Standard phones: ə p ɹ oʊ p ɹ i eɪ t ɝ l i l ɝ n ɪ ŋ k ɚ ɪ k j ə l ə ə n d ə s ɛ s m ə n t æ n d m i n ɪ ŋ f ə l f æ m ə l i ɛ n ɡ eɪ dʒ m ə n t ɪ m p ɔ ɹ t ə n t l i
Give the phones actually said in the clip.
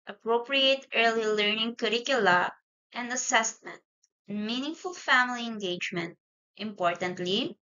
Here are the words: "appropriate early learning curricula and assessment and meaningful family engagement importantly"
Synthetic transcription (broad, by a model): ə p ɹ oʊ p ɹ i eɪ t ɝ l i l ɝ n ɪ ŋ k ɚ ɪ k j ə l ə ə n d ə s ɛ s m ə n t n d m i n ɪ ŋ f ə l f æ m ə l i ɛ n ɡ eɪ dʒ m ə n t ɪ m p ɔ ɹ t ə n t l i